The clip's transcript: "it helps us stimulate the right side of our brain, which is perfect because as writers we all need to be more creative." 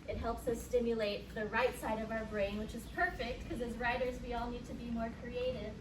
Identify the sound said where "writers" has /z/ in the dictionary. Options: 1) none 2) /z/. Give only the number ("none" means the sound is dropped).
2